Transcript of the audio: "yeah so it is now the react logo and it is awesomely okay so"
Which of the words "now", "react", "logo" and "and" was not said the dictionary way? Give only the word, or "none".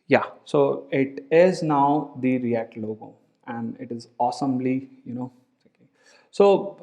react